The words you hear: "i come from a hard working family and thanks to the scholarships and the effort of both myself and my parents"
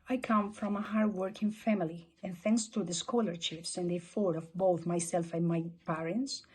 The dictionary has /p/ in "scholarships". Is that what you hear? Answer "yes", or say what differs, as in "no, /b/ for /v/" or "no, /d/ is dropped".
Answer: no, /f/ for /p/